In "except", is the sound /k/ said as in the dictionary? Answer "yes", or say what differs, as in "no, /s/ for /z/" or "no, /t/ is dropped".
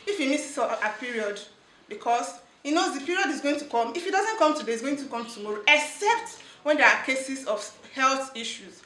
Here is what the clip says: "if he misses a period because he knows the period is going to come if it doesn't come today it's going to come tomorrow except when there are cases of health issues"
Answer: yes